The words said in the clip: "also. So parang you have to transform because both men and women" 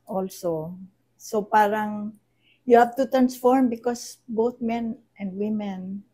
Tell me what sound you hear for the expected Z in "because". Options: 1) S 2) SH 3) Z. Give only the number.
1